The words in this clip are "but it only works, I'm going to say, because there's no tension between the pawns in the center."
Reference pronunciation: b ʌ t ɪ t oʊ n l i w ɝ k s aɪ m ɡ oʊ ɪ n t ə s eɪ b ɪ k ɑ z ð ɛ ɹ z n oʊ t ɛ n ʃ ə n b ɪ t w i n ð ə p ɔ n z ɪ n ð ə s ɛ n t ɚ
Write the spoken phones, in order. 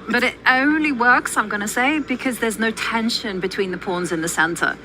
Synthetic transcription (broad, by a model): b ʌ t ɪ t oʊ n l i w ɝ k s aɪ m ɡ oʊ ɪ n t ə s eɪ b ɪ k ɑ z ð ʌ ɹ z n oʊ t ɛ n ʃ ə n b ɪ t w i n ð ə p ɔ n z ɪ n ð ə s ɛ n t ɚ